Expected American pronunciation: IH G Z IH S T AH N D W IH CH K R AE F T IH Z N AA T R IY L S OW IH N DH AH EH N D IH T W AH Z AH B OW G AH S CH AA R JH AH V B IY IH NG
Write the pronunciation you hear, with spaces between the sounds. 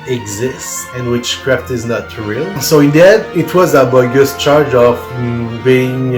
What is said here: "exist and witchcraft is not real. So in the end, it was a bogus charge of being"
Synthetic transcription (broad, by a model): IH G Z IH S T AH N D W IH CH K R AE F T IH Z N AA T R IY L S OW IH N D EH D IH T W AH Z AH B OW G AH S CH AA R JH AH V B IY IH NG